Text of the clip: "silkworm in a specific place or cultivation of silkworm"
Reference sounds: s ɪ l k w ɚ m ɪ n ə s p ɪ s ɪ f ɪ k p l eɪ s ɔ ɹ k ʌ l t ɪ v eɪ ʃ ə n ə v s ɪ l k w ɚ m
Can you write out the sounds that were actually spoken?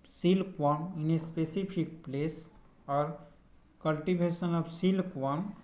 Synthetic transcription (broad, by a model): s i l k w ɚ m ɪ n ə s p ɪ s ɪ p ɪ k p l eɪ s ɔ ɹ k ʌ l t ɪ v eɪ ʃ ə n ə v s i l k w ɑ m